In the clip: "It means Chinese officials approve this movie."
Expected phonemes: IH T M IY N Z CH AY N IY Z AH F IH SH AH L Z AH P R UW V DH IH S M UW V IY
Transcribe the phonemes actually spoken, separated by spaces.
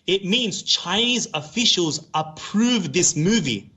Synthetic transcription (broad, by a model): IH T M IY N Z CH AY N IY Z AH F IH SH AH L Z AH P R UW V DH IH S M UW V IY